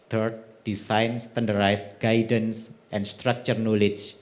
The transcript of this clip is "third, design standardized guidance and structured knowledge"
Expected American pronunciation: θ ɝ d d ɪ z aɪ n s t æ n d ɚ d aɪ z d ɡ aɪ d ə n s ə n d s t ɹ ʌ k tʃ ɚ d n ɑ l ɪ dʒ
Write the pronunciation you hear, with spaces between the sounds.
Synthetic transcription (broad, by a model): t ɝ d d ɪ s aɪ n s t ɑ n d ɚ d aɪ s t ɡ aɪ d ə n s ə n s t ɹ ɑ k tʃ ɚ n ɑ l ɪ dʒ